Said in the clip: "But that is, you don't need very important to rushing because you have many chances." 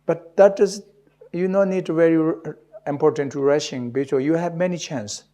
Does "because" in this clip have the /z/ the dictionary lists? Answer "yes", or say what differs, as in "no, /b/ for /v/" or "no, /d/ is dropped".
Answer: no, /z/ is dropped